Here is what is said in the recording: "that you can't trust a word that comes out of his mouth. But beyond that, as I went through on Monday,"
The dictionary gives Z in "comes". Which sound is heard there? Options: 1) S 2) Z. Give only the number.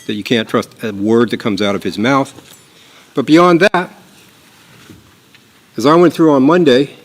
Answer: 2